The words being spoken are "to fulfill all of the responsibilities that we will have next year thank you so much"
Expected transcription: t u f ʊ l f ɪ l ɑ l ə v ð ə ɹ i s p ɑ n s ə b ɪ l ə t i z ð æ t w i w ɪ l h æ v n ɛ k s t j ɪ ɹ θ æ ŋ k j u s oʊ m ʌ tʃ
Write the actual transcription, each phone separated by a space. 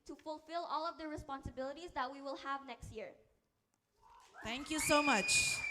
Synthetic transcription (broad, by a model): t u f ʊ l f ɪ l ɑ l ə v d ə ɹ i s p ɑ n s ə b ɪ l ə t i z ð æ t w i w ɪ l h æ v n ɛ k s t j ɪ ɹ t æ ŋ k j u s oʊ m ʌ tʃ